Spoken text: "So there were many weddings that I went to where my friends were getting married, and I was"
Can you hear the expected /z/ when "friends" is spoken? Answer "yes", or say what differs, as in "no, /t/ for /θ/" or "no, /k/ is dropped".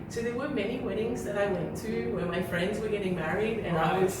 yes